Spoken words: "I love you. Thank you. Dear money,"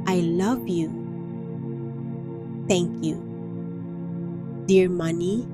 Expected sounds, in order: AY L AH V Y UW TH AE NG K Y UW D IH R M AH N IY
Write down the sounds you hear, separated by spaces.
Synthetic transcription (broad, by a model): AY L AH V Y UW T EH NG K Y UW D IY R M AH N IY